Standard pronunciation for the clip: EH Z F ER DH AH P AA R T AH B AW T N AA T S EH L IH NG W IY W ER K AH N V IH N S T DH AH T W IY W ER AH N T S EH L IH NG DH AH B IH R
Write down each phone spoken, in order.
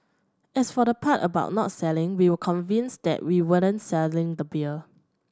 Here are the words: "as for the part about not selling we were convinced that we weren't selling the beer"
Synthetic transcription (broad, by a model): EH S F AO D AH P AA T AH B AW T N AA T S EH L IH NG W IY W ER K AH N V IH N S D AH T W IY W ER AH N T S EH L IH NG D AH B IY L